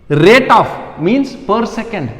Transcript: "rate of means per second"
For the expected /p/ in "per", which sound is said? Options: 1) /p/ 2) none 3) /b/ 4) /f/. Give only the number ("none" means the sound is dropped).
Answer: 1